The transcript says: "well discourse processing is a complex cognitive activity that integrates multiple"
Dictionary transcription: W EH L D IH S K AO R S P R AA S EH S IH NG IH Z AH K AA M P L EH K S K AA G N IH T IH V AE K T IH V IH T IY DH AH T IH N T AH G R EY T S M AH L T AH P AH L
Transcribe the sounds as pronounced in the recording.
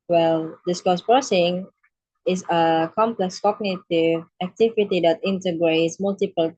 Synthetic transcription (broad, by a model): W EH L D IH S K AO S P R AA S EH S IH NG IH S AH K AA M P L EH K S K AA G N IH T IH V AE K T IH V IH T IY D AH T IH N T AH G R EY T S M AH L T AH P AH L